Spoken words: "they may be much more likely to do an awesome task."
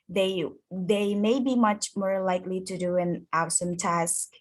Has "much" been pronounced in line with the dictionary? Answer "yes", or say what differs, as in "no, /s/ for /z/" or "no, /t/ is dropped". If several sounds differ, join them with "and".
yes